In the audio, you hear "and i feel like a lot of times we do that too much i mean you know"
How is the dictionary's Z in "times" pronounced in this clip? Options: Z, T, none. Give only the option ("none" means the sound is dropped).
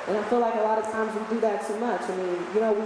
Z